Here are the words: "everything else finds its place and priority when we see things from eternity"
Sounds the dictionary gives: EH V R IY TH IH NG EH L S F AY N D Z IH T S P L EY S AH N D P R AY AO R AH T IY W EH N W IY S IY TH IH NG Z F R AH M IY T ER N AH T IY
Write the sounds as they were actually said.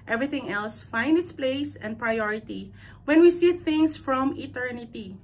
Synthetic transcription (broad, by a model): EH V R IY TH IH NG EH L S F AY N D IH T S P L EY S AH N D P R AY AO R AH T IY W EH N W IY S IY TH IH NG S F R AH M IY T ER N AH T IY